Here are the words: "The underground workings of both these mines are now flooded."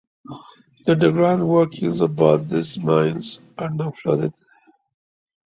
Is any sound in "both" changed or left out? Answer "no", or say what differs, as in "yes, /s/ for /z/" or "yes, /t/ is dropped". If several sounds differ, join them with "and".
yes, /t/ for /θ/